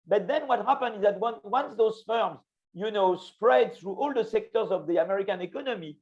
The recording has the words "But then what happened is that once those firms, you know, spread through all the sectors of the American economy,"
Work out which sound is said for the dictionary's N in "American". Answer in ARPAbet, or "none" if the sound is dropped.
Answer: N